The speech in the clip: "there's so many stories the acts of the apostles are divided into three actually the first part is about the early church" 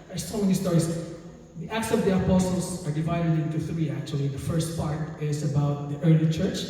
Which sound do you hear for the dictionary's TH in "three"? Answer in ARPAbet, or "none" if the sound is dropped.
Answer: TH